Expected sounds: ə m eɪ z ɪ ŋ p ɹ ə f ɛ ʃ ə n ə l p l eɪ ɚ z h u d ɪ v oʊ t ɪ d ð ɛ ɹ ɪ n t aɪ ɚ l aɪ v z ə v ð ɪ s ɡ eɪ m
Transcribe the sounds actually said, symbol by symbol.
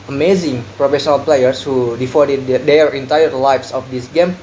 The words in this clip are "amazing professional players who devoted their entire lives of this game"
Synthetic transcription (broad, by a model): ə m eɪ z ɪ ŋ p ɹ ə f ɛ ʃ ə n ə l p l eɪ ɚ s h u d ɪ f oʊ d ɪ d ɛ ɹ ɪ n t aɪ ɚ l aɪ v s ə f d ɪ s ɡ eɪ m